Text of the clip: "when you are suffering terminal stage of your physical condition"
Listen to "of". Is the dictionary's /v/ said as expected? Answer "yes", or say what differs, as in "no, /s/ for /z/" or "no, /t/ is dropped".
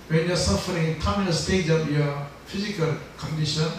no, /p/ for /v/